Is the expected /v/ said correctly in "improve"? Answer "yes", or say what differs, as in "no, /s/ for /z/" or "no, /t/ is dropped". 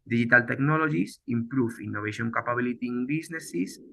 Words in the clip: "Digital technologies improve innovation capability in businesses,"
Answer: no, /f/ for /v/